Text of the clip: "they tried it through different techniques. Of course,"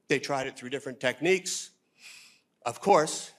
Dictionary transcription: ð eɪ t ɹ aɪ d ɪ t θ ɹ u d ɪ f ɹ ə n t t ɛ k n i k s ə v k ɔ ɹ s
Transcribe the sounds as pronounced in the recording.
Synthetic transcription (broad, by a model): ð eɪ t ɹ aɪ d ɪ t θ ɹ u d ɪ f ɹ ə n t t ɛ k n i k s ə v k ɔ ɹ s